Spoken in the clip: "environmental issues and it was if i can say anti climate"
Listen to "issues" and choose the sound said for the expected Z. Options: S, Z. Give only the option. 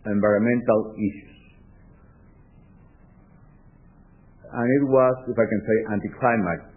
S